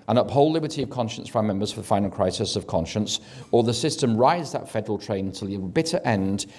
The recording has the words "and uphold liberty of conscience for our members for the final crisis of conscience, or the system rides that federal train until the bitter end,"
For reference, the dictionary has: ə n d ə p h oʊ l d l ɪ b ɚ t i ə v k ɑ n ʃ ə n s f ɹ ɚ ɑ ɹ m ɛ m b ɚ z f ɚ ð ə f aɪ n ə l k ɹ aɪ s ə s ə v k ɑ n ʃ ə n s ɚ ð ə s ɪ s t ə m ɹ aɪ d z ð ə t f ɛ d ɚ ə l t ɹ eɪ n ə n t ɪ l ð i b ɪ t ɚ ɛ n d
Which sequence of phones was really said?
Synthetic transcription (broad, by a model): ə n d ə p h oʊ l l ɪ b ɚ t i ə v k ɑ n ʃ ə n s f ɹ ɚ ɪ m ɛ m b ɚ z f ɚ ð ə f aɪ n l k ɹ aɪ s ə s ə v k ɑ n ʃ ə n s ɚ ð ə s ɪ s t ə m ɹ aɪ z ð ə t f ɛ d ɚ ə l t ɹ eɪ ə n t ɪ l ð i b ɪ t ɚ ɛ n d